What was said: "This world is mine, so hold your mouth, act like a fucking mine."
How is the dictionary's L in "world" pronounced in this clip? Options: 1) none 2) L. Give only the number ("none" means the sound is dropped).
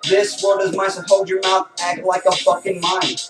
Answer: 1